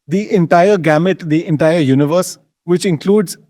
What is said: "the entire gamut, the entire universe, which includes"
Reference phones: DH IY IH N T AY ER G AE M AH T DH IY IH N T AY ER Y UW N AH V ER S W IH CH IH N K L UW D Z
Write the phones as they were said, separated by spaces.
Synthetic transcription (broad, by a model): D IY IH N T AY ER G AE M AH T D IY IH N T AY ER Y UW N AH V ER S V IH CH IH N K L UW D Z